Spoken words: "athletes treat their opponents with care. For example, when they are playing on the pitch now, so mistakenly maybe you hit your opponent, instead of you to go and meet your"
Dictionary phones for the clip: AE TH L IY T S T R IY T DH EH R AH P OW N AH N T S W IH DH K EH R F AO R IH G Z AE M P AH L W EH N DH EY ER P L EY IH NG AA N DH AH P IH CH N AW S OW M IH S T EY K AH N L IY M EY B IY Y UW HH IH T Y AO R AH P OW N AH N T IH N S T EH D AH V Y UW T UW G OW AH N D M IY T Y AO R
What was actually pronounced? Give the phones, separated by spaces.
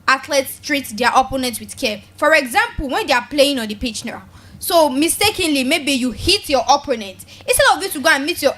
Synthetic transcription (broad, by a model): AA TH L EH T S T R IY T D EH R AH P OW N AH N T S W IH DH K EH F AO R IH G Z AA M P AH L W EH N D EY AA P L EY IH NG AA N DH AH P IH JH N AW S OW M IH S T EY K AH N L IY M EY B IY Y UW HH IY T Y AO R AH P OW N AH N T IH S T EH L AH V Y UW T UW G OW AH N M IY T Y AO